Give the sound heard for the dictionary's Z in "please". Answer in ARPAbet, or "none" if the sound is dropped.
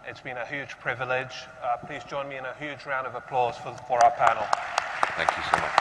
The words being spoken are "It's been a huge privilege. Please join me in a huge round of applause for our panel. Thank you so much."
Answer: Z